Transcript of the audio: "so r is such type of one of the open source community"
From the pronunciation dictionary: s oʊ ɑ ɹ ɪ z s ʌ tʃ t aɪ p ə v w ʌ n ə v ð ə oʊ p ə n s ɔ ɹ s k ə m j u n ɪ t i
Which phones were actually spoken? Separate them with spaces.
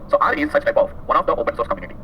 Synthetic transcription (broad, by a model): s oʊ ɑ ɹ ɪ z s ʌ tʃ t aɪ p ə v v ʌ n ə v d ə oʊ p ə n s ɔ ɹ s k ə m j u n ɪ t i